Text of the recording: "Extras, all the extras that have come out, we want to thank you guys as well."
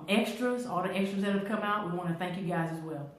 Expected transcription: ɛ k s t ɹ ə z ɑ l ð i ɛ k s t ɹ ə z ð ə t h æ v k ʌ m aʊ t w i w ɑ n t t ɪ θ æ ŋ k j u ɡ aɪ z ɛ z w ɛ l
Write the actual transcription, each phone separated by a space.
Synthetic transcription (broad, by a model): ɛ k s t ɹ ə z ɑ l ð i ɛ k s t ɹ ə z ð ə t h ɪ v k ʌ m aʊ t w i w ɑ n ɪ θ æ ŋ k j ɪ ɡ aɪ z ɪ z w ɛ l